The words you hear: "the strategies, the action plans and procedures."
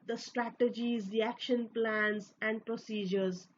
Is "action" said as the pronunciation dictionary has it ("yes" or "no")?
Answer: yes